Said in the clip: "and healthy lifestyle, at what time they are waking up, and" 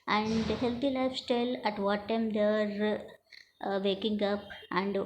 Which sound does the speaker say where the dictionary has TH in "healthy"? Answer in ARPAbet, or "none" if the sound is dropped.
T